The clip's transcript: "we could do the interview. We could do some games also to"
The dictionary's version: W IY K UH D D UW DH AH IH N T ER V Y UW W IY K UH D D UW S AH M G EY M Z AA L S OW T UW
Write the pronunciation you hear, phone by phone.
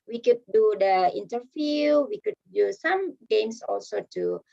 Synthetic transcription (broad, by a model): W IY K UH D D UW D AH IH N T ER F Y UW W IY K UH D D UW S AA M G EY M S AA L S OW T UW